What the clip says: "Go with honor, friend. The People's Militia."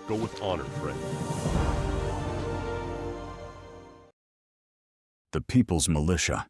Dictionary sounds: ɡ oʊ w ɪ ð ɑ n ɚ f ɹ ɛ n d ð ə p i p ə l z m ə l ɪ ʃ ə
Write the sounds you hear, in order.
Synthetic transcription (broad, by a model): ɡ oʊ w ɪ ð ɑ n ɚ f ɹ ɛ d ð ə p i p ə l z m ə l ɪ ʃ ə